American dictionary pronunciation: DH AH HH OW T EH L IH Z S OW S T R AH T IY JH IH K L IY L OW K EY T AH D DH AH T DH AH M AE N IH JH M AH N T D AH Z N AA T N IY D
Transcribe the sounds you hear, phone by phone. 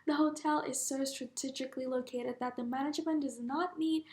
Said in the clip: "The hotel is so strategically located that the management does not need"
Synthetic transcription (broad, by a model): DH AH HH OW T EH L IH Z S OW S T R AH T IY JH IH K L IY L OW K EY T AH D DH AH T DH AH M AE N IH JH M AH N D AH Z N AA T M IY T